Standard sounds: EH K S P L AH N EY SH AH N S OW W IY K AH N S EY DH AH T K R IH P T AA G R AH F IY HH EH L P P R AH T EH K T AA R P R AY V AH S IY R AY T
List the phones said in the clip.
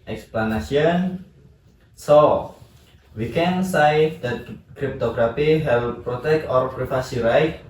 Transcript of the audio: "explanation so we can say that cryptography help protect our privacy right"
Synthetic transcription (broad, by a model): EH K S P L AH N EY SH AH N S OW W IY K AH N S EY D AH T K R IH P T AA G R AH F IY HH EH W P P R AH T EH K T AA R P R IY F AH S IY R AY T